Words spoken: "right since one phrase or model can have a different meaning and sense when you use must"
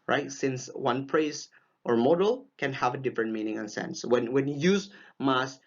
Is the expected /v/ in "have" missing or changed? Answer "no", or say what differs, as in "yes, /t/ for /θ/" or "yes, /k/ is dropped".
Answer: no